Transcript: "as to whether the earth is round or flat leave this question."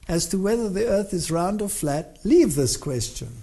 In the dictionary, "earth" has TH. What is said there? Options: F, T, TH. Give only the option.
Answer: TH